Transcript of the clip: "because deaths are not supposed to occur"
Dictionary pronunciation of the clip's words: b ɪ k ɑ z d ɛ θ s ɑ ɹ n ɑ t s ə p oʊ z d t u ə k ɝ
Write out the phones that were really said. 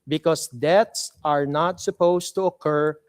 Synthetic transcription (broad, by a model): b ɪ k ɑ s d ɛ t s ɑ ɹ n ɑ t s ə p oʊ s t u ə k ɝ